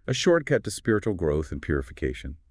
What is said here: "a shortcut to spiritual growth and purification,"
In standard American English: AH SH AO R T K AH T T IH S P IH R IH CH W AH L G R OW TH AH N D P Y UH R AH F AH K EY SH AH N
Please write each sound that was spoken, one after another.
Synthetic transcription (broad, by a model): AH SH AO R T K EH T T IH S P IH R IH CH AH L G R OW TH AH N P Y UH R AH F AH K EY SH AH N